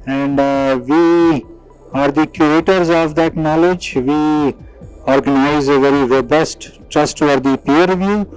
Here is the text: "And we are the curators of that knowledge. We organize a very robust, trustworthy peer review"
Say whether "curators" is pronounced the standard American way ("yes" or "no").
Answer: no